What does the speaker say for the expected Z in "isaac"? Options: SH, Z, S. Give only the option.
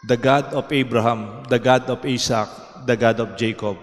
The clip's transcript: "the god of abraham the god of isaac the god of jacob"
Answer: S